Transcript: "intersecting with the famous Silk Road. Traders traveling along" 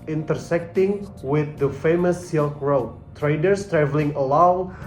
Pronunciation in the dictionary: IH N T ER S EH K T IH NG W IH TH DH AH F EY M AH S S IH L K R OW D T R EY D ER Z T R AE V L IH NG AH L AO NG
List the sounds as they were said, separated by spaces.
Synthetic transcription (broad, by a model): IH N T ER S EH K T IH NG W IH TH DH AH F EY M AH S S IH L K R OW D T R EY D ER S T R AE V L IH NG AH L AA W